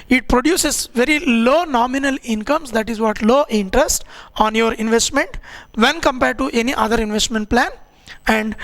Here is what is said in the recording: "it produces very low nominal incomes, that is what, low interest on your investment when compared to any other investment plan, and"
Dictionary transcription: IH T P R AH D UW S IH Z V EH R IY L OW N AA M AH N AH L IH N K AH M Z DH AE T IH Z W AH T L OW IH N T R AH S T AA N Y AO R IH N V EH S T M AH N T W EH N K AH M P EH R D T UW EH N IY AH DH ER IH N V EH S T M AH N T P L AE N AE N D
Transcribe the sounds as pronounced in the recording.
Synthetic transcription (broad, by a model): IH T P R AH D UW S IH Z V EH R IY L OW N AA M AH N AH L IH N K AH M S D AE T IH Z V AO T L OW IH N T R AH S T AA N Y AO R IH N V EH S T M AH N T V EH N K AH M P EH R D T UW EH N IY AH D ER IH N V EH S T M AH N T P L AE N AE N D